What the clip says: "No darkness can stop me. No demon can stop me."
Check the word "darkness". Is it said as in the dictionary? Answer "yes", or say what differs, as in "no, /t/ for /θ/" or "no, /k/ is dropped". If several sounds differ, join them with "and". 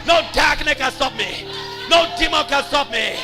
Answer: no, /s/ is dropped